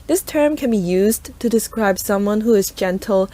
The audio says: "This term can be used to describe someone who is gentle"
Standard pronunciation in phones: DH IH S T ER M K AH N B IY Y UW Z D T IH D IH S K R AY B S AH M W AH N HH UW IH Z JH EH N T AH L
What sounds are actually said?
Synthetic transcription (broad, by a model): DH IH S T ER M K AH N B IY Y UW Z T IH D IH S K R AY B S AH M W AH N HH UW IH Z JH EH N T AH L